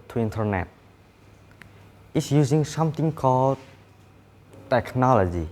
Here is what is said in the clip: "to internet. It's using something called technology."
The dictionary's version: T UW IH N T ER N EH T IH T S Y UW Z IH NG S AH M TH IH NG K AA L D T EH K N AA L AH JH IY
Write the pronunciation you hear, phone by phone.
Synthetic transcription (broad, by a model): T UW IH N T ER N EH T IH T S Y UW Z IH NG S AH M T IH NG K AA L D T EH K N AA L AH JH IY